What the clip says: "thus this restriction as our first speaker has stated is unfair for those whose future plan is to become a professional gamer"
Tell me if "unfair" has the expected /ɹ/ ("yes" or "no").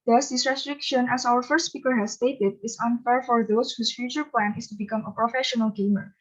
yes